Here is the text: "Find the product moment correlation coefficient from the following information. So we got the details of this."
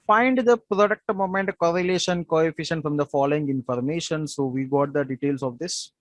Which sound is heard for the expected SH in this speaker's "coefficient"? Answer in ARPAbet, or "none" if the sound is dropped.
SH